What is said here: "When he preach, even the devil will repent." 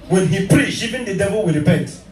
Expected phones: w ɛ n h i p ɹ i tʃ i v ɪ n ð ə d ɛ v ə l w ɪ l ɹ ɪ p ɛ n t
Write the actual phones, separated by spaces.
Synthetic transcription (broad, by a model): w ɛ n h i p ɹ i tʃ i v ɪ n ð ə d ɛ v ə l w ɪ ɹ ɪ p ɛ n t